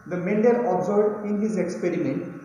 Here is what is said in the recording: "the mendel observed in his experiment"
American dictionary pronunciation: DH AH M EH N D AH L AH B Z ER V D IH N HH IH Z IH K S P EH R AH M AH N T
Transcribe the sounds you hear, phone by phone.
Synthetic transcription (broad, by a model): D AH M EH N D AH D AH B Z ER D IH N HH IH Z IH K S P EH R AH M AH N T